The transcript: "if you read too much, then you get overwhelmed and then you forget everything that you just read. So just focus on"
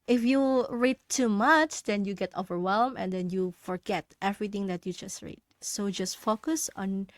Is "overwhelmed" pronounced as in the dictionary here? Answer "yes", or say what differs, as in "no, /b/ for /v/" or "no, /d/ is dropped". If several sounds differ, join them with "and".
no, /d/ is dropped